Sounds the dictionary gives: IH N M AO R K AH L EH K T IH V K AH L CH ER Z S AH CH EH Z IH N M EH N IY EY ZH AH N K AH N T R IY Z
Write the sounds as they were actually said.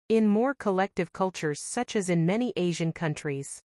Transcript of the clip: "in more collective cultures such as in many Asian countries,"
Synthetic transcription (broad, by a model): IH N M AO R K AH L EH K T IH V K AH L CH ER Z S AH CH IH Z IH N M EH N IY EY ZH AH N K AH N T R IY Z